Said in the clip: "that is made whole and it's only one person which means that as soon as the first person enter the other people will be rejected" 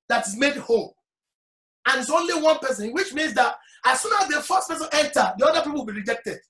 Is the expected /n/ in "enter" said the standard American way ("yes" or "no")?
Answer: no